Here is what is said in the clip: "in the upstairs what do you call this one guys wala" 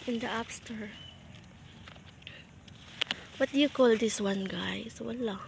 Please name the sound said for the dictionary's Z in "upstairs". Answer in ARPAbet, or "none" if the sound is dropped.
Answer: none